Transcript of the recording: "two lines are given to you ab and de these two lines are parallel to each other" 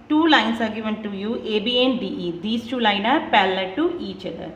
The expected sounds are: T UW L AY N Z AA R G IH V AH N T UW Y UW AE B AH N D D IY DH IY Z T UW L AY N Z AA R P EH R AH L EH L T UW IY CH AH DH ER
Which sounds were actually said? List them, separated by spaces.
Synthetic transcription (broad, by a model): T UW L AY N S AA R G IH V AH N T UW Y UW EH B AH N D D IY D IY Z T UW L AY N AA R P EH L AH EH T UW IY CH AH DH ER